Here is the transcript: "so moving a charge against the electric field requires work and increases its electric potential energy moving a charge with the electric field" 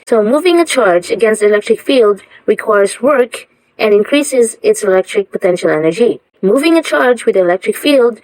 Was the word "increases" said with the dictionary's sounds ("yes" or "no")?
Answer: yes